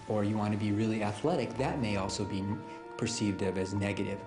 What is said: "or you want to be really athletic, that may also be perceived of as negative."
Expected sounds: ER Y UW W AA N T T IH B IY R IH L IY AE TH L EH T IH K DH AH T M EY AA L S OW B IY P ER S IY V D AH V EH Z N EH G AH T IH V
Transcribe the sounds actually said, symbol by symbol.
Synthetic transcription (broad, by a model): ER Y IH W AA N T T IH B IY R IH L IY AE TH L EH T IH K DH AH T M EY AA L S OW B IY P ER S IY V D AH V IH Z N EH G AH T IH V